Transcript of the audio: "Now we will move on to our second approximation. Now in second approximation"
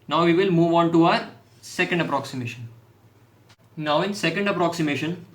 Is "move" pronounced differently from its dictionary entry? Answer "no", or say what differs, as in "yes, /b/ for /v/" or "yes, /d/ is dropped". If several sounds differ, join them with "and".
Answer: no